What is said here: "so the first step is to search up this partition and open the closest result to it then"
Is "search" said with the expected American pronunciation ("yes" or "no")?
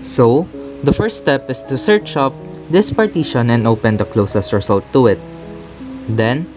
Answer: yes